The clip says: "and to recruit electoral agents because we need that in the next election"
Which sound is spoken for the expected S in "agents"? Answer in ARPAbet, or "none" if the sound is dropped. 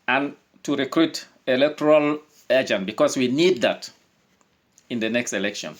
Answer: none